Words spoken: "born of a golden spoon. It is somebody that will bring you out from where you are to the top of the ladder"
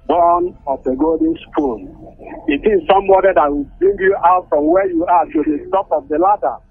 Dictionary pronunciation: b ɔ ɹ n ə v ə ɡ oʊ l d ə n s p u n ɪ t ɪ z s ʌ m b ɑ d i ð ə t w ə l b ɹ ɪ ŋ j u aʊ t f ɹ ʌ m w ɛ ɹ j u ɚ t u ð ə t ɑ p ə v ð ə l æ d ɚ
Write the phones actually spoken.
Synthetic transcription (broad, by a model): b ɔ n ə f ə ɡ oʊ l d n s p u l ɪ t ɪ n s ʌ m b ɑ d i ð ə t w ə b ɹ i ŋ j u aʊ t f ɹ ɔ m w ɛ j u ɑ t u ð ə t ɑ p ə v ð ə l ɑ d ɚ